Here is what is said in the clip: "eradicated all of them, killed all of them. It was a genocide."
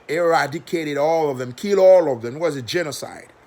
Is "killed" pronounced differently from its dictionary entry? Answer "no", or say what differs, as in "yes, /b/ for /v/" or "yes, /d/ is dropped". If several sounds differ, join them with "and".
yes, /d/ is dropped